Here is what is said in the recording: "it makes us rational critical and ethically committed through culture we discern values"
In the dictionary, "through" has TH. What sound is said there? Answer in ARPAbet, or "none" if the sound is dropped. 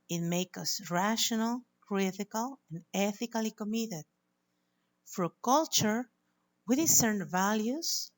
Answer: F